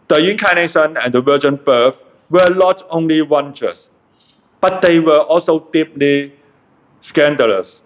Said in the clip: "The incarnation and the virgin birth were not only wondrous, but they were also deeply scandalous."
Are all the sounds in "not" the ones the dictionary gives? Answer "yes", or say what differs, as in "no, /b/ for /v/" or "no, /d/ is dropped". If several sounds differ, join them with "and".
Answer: no, /l/ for /n/